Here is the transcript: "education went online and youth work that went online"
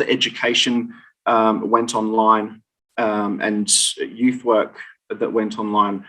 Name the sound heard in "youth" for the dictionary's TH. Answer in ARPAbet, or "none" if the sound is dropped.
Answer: TH